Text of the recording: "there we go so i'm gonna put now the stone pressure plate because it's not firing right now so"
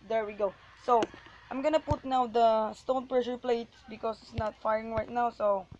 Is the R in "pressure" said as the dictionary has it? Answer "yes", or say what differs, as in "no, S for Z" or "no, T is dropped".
yes